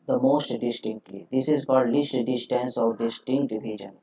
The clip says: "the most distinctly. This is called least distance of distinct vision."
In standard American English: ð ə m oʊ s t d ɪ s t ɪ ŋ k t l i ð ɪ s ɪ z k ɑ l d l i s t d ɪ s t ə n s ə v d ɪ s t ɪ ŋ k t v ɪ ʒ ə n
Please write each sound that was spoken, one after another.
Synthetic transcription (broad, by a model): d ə m oʊ s t d ɪ s t ɪ ŋ k t l i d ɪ s ɪ z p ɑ d l i s t d ɪ s t ə n s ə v d ɪ s t ɪ ŋ k t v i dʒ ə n